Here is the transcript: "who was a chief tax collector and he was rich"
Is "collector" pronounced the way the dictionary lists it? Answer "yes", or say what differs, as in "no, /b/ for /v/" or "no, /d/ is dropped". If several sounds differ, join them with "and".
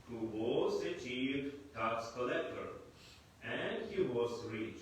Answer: yes